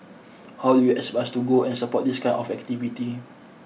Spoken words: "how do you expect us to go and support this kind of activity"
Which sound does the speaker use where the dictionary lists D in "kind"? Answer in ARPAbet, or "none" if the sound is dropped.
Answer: none